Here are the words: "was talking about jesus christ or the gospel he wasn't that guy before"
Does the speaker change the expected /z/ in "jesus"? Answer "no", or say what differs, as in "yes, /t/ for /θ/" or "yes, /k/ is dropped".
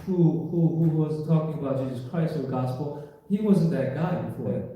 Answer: no